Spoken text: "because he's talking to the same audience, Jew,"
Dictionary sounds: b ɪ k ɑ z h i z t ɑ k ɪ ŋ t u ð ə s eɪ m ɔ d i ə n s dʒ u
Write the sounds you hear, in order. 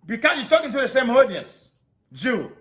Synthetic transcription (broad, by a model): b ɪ k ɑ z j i t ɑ k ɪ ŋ t u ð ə s eɪ m ɔ d i ə n s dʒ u